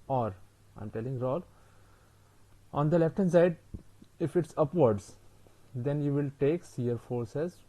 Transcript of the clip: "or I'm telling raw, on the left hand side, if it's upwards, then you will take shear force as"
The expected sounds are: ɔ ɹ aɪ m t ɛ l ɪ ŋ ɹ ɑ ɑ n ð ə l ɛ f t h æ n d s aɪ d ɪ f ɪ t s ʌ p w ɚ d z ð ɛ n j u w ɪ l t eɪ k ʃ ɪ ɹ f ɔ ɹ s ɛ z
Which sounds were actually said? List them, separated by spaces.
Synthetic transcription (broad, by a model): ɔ ɹ aɪ m t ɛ l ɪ ŋ ɹ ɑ ɑ n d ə l ɛ f t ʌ n s aɪ d ɪ f ɪ t s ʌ p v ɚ d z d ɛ n j u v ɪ l t eɪ k s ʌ ɹ f ɔ ɹ s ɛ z